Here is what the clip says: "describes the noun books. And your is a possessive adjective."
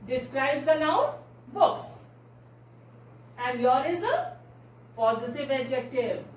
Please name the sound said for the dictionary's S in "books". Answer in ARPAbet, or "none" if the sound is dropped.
S